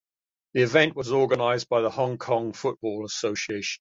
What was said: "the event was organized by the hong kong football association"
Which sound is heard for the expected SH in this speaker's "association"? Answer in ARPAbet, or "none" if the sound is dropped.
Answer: none